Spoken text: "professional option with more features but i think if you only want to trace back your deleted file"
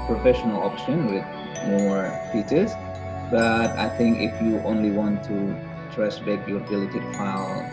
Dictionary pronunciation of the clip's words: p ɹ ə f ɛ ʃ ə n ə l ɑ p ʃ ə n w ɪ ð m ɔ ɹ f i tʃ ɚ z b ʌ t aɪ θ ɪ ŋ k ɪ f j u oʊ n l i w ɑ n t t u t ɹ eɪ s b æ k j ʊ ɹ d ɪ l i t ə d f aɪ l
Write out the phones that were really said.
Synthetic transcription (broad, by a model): p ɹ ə f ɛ ʃ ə n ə l ɑ p ʃ ə n w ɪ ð m ɔ ɹ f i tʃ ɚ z b ʌ t aɪ θ ɪ ŋ k ɪ f j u oʊ n l i w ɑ n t t u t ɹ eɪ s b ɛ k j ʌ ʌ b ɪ l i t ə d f aɪ l